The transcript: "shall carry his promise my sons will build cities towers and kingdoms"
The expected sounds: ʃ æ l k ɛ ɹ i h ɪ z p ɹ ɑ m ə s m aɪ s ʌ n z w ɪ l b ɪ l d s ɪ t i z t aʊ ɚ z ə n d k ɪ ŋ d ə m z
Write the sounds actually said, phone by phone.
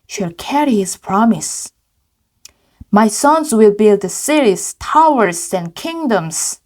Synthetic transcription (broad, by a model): ʃ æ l k ɛ ɹ i h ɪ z p ɹ ɑ m ə s m aɪ s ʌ n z w ɪ l b ɪ l d s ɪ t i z t aʊ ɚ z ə n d k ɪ ŋ d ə m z